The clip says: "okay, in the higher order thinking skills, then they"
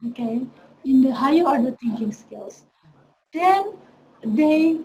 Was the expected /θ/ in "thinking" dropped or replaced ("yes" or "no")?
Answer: yes